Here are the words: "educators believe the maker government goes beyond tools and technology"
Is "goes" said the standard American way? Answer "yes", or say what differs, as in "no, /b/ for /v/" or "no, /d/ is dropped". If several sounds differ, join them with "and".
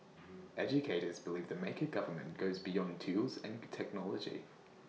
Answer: yes